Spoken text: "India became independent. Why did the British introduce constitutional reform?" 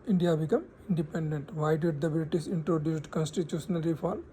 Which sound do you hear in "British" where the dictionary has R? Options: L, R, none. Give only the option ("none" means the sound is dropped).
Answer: L